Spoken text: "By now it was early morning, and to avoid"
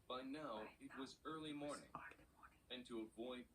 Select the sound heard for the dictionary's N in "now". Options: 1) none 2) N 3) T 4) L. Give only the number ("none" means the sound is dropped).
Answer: 2